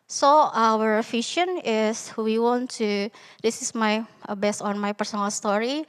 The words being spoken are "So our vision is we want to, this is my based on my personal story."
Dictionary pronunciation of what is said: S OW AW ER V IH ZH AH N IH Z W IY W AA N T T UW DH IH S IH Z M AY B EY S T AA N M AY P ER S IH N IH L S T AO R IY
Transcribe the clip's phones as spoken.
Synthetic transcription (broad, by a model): S OW AW ER F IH SH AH N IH S W IY W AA N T T UW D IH S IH S M AY B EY S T AA N M AY P ER S IH N IH L S T AO R IY